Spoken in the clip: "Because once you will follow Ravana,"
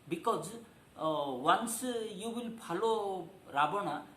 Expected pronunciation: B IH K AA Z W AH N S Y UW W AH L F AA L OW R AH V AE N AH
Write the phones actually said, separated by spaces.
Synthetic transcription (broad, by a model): B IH K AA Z W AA N S Y UW W AH L P AA L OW R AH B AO N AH